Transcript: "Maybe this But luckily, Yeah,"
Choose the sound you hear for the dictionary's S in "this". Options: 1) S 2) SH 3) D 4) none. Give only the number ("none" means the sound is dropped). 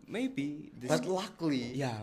4